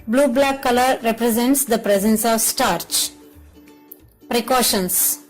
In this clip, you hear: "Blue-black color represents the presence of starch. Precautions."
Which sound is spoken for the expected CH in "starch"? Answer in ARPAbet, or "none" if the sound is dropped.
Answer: CH